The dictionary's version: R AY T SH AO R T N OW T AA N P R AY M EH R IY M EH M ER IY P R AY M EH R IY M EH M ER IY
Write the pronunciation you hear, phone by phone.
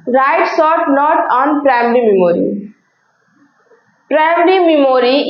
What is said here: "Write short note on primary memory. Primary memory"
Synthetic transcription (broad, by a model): R AY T S AO T N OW T AA N P R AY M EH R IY M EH M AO IY P R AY M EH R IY M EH M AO IY